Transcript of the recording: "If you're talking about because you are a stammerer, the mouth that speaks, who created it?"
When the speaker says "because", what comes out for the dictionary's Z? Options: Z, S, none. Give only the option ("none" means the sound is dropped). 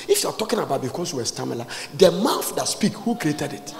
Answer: S